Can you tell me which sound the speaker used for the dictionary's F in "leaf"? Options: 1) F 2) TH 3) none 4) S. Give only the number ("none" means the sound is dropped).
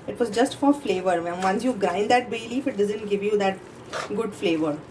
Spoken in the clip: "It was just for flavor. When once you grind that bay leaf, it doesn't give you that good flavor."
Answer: 1